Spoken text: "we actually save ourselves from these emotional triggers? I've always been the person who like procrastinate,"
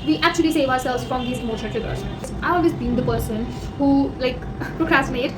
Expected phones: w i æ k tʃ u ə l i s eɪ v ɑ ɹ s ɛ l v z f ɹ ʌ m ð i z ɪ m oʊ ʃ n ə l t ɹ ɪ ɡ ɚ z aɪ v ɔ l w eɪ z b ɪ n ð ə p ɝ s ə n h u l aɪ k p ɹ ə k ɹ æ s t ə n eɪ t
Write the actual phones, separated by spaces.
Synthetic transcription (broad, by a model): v i æ k tʃ u ə l i s eɪ v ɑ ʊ s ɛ l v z f ɹ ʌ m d i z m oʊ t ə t ɪ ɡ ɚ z aɪ v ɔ l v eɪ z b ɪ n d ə p ɝ s ə n h u l aɪ k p ɹ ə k ɹ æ s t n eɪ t